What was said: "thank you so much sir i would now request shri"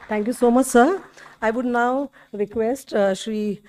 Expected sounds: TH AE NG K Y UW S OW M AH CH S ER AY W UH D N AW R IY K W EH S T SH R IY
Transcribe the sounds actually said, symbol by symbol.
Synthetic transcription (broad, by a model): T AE NG K Y UW S OW M AH CH S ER AY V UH D N AW R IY K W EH S T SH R IY